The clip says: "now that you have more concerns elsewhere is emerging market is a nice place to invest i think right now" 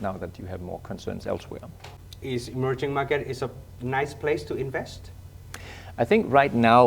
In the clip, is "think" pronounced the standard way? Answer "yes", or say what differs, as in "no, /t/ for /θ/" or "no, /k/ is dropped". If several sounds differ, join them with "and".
yes